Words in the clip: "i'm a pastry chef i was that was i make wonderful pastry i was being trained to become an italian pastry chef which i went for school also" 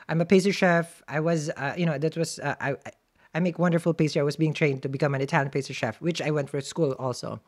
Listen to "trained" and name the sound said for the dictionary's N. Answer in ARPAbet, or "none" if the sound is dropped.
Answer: N